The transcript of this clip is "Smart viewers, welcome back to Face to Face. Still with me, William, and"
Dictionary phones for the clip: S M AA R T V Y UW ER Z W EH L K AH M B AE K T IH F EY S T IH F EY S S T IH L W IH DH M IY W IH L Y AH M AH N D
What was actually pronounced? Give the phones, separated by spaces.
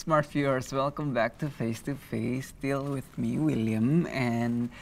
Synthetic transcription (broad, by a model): S M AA R T F Y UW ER S W EH L K AH M B AE K T IH F EY S T IH F EY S S T IH L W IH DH M IY W IH L Y AH M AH N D